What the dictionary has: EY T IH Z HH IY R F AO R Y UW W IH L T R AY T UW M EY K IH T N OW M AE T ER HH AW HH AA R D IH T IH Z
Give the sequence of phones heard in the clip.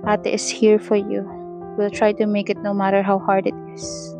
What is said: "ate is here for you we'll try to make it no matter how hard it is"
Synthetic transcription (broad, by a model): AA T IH S HH IY R F AO R Y UW W IH L T R AY T UW M EY K IH T N OW M AE T ER HH AW HH AA R D IH T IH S